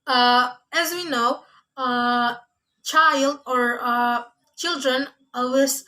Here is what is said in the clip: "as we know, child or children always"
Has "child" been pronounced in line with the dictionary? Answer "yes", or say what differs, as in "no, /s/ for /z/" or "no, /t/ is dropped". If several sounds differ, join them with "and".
yes